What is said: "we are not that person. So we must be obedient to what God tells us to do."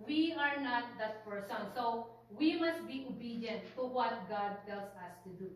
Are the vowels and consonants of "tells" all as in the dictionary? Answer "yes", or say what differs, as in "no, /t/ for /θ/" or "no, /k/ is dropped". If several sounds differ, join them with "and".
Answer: no, /s/ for /z/